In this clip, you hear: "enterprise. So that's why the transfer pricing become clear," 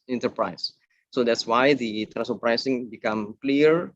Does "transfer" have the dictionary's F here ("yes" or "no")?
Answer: no